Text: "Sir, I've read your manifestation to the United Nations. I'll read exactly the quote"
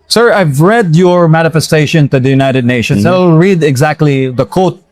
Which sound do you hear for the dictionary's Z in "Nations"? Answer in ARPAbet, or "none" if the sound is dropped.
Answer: S